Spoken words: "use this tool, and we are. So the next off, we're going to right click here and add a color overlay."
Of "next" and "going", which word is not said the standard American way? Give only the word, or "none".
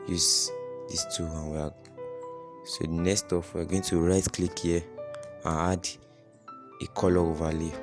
next